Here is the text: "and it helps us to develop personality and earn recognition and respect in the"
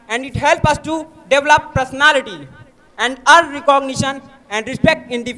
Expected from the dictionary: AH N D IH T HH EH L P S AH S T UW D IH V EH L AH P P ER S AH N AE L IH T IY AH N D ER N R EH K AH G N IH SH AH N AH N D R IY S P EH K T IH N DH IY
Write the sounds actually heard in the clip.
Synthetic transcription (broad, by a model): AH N D IH T HH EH L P AH S T UW D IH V L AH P P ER S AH N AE L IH T IY AH N D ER R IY K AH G N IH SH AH N AH N D R IY S P EH K T IH N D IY